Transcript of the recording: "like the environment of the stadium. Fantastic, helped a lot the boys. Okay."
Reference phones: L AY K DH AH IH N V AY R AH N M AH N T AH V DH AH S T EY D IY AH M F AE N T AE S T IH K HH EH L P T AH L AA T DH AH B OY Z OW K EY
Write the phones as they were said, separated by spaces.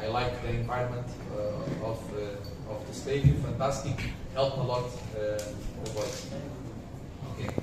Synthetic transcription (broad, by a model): L AY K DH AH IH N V AY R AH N M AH N T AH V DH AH S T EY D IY F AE N T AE S T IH K HH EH L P AH L AA T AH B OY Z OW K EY